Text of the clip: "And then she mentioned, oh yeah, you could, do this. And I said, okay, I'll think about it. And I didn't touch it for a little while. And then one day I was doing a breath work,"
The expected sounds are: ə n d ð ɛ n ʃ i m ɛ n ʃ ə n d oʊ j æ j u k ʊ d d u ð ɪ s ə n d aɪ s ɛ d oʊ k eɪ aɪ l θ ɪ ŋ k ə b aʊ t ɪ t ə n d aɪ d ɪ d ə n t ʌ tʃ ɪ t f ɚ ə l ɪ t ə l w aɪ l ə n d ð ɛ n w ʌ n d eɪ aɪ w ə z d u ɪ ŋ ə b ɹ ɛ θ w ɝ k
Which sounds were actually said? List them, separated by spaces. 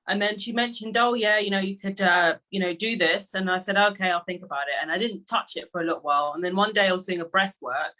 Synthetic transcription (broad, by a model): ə n ð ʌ n ʃ i m ɛ n ʃ ə n d oʊ j æ j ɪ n ʊ d d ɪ ð ɪ s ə n aɪ s ɛ d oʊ k eɪ aɪ l θ ɪ ŋ k ə b aʊ t ɪ t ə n aɪ d ɪ d n t ʌ tʃ ɪ t f ɚ ə l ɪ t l w aɪ l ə n ð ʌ n w ʌ n d eɪ aɪ w ə z d u ɪ ŋ ə b ɹ ɛ θ w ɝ k